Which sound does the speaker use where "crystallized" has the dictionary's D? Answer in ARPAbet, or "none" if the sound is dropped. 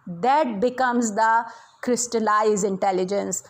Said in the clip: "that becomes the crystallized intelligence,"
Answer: none